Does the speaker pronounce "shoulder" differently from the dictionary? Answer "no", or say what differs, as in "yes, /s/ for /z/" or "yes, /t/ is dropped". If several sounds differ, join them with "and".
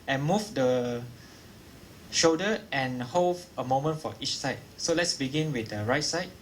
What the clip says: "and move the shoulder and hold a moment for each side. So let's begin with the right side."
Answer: yes, /l/ is dropped